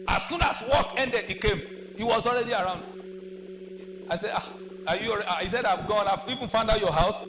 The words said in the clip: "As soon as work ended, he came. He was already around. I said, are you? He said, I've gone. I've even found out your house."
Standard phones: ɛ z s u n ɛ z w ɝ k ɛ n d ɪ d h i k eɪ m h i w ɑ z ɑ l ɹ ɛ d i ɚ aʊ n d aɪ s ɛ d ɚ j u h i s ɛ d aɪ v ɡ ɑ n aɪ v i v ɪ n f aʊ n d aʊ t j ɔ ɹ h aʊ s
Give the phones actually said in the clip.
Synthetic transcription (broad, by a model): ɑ s u n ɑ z w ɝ k ɛ n d ɪ d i k eɪ m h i w ɑ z ɑ l ɹ ɛ d i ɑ aʊ n d aɪ s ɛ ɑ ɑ j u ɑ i s ɛ d aɪ v ɡ ɑ n aɪ v i v ɪ n f aʊ n d aʊ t j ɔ h aʊ s